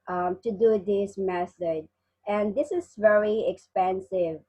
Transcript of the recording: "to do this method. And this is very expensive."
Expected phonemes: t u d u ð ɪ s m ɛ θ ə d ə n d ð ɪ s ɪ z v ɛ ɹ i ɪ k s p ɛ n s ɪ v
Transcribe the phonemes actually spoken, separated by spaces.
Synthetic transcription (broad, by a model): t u d u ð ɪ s m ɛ s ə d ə n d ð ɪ s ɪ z v ɛ ɹ i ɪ k s p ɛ n s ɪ v